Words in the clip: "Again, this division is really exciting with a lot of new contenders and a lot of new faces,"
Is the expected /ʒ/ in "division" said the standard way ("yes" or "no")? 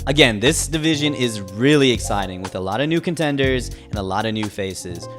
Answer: yes